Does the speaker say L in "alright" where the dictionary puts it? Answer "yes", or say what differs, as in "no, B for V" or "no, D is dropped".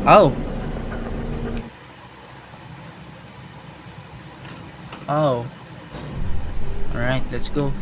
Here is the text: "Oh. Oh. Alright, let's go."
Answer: no, L is dropped